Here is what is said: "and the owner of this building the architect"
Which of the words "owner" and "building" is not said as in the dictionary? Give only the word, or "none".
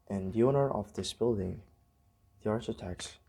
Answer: none